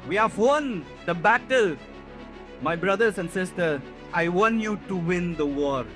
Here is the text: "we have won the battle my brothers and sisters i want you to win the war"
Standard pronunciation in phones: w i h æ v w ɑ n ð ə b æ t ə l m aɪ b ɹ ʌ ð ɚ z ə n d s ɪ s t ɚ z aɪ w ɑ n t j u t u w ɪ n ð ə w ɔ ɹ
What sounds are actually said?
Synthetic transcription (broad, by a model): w i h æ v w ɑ n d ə b æ t ə l m aɪ b ɹ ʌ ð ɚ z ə n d s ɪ s t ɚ aɪ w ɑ n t j u t u w ɪ n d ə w ɔ ɹ